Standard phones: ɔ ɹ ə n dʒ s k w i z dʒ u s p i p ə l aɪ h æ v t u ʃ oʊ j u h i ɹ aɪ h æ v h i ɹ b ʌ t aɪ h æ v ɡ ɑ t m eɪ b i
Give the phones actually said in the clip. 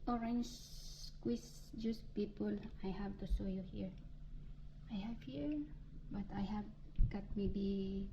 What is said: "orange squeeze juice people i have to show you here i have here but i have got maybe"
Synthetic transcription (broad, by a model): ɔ ɹ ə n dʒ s k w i s dʒ u s p i p ə l aɪ h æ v t u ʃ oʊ j u h i ɹ aɪ h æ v h i ɹ b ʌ t aɪ h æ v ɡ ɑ t m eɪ b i